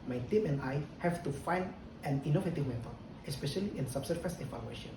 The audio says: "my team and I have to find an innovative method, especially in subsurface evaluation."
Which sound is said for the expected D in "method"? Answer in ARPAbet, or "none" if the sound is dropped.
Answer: none